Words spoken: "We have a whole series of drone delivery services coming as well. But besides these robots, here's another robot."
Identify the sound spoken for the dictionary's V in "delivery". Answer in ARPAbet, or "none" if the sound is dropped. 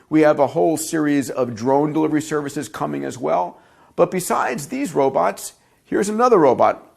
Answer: V